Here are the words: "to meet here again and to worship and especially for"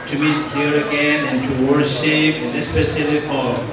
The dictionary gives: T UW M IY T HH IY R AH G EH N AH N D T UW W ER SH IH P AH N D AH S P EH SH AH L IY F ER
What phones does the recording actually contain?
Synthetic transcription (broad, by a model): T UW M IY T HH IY R AH G EH N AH N T UW W ER SH IH P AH S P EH S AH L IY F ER